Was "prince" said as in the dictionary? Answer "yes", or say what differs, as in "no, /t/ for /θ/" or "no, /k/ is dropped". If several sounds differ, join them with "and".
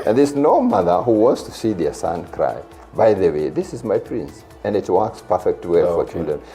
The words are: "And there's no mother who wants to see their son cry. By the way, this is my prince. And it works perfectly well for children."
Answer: yes